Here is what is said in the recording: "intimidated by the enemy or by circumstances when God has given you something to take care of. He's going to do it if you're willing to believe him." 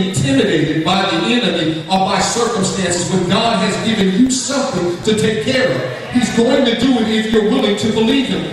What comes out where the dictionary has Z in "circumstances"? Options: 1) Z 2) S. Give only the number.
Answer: 1